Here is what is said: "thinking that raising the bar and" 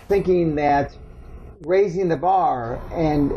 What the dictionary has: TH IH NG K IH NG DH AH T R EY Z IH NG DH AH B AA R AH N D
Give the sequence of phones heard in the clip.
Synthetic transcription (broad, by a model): TH IH NG K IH NG DH AH T R EY Z IH NG DH AH B AA R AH N